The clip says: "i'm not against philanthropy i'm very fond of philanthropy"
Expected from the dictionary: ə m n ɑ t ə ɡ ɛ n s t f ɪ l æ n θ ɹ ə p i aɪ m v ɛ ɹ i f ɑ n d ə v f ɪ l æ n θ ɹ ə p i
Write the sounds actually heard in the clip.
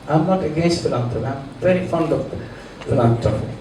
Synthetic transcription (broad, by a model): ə m n ɑ t ə ɡ ɛ n s t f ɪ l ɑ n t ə aɪ m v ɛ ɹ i f ɑ n d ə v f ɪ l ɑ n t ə